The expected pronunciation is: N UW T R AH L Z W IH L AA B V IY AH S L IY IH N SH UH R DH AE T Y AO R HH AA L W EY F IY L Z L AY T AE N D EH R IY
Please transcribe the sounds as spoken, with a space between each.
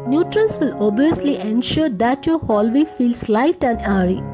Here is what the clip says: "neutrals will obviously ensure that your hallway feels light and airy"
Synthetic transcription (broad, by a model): N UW T R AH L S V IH L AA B IY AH S L IY IH N SH UH R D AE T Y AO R HH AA L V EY F IY L S L AY T AE N D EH R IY